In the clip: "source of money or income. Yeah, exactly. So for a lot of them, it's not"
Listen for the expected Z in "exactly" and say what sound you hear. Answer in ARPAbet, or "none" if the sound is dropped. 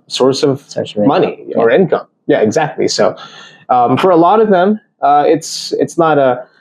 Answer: Z